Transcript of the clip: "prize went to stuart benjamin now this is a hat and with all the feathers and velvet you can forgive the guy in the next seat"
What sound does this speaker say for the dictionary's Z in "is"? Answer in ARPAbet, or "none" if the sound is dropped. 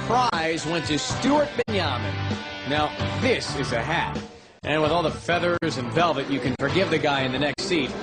Z